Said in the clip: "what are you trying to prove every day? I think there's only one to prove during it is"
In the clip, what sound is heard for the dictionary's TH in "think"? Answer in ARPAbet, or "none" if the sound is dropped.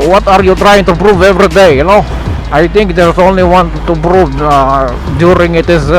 T